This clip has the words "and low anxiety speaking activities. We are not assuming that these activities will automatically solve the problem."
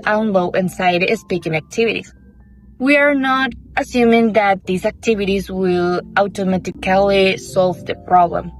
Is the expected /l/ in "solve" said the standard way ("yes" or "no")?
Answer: yes